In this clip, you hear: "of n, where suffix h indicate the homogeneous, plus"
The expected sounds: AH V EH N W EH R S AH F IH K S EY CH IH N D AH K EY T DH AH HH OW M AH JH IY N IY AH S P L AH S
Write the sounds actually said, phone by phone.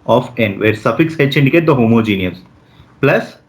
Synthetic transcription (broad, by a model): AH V EH N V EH R S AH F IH K S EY S IH N D AH K EY T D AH HH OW M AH JH IY N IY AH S P L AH S